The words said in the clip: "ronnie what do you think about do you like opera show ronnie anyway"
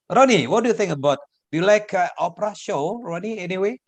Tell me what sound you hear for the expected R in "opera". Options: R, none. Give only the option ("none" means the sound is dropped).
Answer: R